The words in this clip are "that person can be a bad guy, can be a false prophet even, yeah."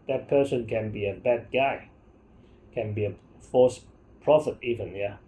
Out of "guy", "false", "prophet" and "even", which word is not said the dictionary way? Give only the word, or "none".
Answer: false